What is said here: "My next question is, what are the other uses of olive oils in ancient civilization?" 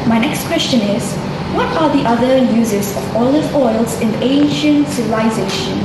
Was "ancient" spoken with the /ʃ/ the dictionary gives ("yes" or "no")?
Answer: yes